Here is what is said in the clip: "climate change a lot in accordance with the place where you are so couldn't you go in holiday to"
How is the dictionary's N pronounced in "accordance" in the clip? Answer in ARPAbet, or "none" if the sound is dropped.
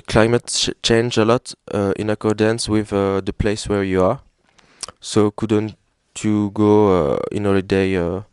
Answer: N